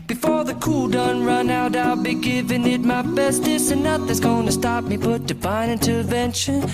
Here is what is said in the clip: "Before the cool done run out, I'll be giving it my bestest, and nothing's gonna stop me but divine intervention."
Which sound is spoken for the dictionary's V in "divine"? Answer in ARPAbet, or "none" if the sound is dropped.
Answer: B